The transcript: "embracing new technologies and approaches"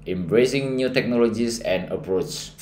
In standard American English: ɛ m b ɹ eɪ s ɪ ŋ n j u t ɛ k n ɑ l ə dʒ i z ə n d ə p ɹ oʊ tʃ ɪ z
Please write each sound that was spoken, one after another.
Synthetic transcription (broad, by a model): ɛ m b ɹ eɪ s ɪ ŋ n j u t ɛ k n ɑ l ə dʒ i s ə n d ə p ɹ oʊ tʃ